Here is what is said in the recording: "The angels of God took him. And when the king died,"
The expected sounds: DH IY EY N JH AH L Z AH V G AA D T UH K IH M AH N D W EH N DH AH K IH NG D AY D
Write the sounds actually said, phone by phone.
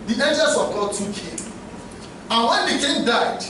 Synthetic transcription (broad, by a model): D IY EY N JH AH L S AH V G AA D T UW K IH M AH N W EH N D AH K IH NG D AY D